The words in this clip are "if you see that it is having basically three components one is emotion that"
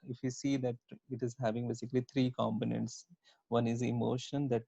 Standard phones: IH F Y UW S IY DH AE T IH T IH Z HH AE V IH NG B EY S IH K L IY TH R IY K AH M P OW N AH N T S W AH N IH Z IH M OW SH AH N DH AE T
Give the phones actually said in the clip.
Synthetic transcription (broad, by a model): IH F Y UW S IY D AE T IH T IH Z HH AE V IH NG B EY S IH K L IY T R IY K AH M P OW N AH N T S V AH N IH Z IH M OW SH AH N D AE T